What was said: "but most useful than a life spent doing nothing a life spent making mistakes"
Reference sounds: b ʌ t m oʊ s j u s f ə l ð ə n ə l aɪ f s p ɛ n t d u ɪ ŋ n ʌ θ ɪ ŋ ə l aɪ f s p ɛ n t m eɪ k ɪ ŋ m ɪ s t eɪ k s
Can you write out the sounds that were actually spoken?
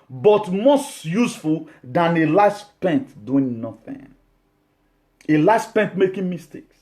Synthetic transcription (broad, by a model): b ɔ t m oʊ s j u s f ə l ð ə n ə l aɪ s p ɛ n t d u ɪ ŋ n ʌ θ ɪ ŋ ə l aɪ s p ɛ n t m eɪ k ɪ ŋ m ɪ s t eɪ k s